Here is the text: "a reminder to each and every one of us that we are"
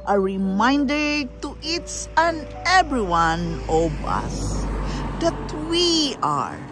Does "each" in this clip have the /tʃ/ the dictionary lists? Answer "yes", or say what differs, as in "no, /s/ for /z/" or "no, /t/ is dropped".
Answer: no, /s/ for /tʃ/